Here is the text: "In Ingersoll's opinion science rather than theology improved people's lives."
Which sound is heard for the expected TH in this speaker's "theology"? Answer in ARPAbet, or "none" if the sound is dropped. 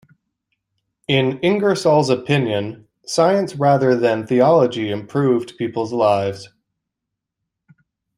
TH